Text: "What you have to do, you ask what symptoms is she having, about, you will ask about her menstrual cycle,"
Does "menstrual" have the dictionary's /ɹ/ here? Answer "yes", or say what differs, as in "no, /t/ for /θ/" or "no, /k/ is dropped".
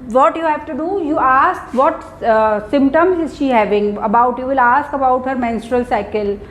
yes